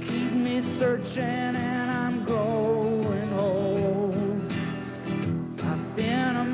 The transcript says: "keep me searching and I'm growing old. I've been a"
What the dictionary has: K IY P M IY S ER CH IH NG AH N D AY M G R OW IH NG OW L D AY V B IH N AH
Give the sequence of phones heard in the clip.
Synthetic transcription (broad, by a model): K IY P M IY S ER CH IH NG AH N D AY M G OW IH NG OW L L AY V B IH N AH